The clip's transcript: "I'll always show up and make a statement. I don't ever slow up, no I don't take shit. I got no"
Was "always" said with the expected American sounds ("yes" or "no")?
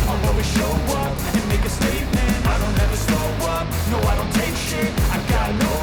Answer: no